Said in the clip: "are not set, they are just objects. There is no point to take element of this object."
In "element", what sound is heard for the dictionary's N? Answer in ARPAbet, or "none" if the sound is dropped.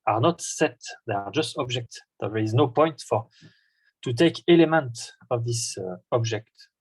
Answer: N